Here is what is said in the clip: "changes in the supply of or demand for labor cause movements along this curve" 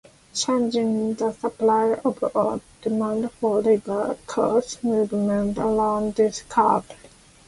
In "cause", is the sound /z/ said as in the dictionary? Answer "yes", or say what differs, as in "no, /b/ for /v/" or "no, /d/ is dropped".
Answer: no, /s/ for /z/